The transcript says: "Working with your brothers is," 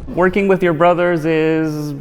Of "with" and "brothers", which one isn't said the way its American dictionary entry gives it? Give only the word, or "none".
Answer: none